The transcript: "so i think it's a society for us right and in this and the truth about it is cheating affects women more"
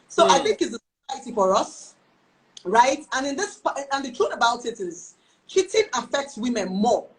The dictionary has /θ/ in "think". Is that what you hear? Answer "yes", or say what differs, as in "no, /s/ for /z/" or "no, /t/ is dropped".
yes